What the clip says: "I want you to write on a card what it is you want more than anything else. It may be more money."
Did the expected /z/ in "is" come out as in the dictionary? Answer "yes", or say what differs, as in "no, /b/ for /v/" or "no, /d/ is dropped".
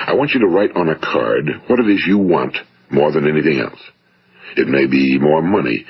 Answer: yes